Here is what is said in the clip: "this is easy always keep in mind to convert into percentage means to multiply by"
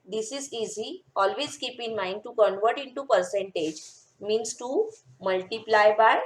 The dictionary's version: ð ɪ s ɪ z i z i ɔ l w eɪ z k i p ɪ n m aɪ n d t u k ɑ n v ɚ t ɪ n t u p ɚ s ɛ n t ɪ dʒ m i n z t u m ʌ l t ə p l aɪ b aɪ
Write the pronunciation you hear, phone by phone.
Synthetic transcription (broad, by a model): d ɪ s ɪ z i z i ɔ l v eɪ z k i p ɪ n m aɪ n d t u k ɑ n v ɚ t ɪ n t u p ɚ s ɛ n t ɪ dʒ m i n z t u m ʌ l t ə p l aɪ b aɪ